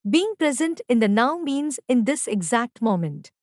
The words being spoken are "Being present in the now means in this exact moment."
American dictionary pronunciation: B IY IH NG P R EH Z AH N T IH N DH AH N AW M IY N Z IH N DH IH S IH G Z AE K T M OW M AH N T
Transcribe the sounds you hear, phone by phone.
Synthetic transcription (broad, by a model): B IY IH NG P R EH Z AH N T IH N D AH N AW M IY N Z IH N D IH S IH G Z AE K T M OW M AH N T